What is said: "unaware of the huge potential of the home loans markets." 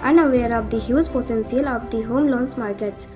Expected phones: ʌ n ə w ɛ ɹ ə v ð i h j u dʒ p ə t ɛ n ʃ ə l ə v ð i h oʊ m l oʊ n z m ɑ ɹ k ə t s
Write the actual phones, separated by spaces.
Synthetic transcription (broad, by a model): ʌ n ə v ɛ ɹ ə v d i h j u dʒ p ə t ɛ n s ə l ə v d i h oʊ m l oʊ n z m ɑ ɹ k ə t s